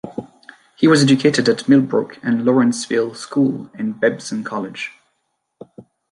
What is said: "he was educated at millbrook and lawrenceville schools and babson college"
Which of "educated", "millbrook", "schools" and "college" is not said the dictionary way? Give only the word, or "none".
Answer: schools